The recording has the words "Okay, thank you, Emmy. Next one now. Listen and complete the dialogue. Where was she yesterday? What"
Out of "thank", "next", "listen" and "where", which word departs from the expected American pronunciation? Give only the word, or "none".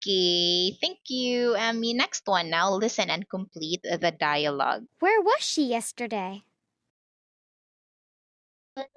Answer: none